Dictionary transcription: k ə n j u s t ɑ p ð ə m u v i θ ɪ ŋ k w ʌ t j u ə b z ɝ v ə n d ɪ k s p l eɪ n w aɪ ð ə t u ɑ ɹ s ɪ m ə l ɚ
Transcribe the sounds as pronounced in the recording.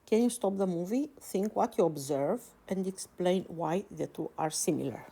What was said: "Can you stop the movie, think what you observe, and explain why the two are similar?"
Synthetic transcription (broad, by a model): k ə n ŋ s t ɑ p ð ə m u v i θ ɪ ŋ k w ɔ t j u ə b z ɝ v ə n d ɪ k s p l eɪ n w aɪ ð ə t u ɑ ɹ s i m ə l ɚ